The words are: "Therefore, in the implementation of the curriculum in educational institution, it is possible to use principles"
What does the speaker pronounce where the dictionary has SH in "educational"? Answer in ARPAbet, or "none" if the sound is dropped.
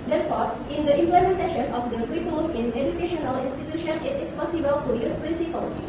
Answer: SH